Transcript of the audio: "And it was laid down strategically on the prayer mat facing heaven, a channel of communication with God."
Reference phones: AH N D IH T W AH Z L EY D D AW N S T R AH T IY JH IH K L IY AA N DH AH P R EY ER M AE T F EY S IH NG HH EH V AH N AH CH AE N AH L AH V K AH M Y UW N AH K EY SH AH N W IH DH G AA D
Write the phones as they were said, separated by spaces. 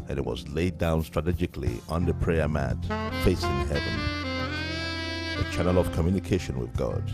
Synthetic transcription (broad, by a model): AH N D IH T W AH Z L EY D D AW N S T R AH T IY JH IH K L IY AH N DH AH P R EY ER M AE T F EY S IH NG HH EH V AH N AH CH AE N AH L AH V K AH M Y UW N AH K EY SH AH N W IH DH G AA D